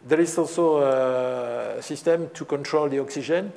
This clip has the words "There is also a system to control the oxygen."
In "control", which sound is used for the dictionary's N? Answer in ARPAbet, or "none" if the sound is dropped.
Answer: N